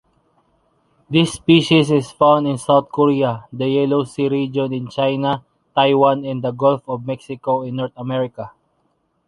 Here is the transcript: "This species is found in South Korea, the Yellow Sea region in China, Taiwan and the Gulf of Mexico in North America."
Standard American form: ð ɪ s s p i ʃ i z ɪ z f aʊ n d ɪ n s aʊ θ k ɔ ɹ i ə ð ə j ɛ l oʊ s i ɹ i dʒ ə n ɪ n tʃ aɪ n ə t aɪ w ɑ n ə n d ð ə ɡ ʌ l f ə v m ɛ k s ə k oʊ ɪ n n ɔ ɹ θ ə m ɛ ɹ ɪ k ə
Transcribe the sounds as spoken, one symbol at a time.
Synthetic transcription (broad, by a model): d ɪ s s p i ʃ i s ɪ s f aʊ n d ɪ n s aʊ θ k ɔ ɹ i ə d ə j ɛ l oʊ s i ɹ i dʒ ə n ɪ n tʃ aɪ n ə t aɪ w ɑ n ə n d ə ɡ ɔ l f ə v m ɛ k s ə k oʊ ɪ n n ɔ ɹ t ə m ɛ ɹ ɪ k ə